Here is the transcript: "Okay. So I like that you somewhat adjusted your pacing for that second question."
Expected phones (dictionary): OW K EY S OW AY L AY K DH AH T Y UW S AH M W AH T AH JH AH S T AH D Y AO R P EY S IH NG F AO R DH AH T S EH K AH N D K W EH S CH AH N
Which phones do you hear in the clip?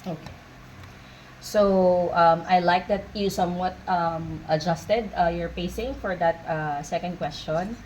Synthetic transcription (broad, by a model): OW K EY S OW AY L AY K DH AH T Y UW S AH M W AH T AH JH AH S T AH D Y AO R P EY S IH NG F AO R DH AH T S EH K AH N D K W EH S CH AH N